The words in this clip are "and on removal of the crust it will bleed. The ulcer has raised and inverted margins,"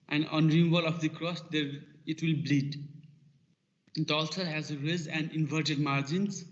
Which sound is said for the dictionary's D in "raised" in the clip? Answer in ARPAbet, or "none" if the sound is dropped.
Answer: none